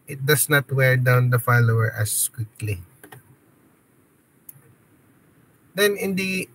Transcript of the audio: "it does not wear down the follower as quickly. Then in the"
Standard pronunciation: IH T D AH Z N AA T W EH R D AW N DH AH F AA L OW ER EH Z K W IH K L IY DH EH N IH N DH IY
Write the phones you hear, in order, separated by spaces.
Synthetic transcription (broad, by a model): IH T D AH S N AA T W EH R D AW N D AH F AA L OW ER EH S K W IH K L IY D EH N IH N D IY